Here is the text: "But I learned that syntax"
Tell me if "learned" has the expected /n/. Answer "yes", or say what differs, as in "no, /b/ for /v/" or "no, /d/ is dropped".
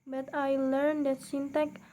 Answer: yes